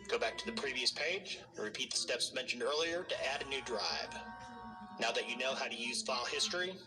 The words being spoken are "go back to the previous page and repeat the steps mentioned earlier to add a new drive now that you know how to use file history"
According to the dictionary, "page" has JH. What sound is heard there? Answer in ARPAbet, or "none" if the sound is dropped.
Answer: none